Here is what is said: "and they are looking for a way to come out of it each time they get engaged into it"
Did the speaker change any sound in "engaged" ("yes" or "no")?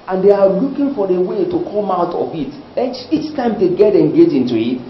yes